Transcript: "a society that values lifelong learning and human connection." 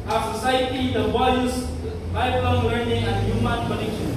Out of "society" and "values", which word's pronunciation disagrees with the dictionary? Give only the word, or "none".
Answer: values